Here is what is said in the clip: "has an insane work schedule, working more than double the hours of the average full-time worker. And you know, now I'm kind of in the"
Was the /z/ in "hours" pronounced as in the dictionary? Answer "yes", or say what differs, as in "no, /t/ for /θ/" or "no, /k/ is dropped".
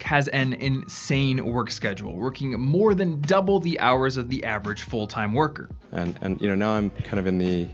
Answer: yes